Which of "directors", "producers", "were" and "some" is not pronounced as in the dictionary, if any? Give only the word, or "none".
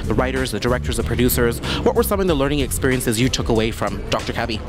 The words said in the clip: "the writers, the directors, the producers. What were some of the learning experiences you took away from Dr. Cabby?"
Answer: none